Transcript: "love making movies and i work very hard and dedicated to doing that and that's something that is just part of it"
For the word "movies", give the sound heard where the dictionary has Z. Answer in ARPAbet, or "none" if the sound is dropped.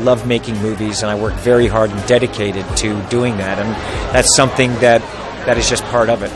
Z